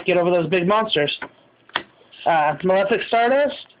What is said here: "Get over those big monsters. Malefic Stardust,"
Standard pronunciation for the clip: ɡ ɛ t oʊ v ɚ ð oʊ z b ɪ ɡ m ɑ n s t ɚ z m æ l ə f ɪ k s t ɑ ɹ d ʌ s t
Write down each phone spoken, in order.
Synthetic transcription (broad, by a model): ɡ ɛ t oʊ v ɚ ð oʊ z b ɪ ɡ m ɑ n s t ɚ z m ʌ l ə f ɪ k s t ɑ ɹ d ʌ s